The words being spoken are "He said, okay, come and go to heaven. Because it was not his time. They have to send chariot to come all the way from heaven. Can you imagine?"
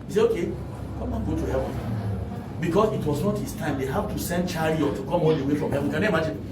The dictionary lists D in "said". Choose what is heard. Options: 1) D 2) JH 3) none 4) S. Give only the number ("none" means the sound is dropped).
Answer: 3